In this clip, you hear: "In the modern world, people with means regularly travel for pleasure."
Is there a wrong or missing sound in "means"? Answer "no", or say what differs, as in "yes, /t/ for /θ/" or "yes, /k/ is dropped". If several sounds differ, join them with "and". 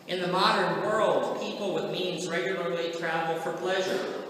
no